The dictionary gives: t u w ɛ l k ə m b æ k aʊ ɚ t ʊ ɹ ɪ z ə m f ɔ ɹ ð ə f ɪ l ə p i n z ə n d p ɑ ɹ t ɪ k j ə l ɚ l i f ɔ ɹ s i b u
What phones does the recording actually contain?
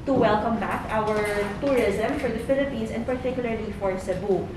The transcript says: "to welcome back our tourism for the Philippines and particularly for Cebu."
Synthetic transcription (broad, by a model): t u w ɛ l k ə m b æ k aʊ ɚ t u ɹ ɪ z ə m f ɔ ɹ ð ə f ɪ l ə p i n s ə n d p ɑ ɹ t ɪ k j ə l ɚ l i f ɔ ɹ s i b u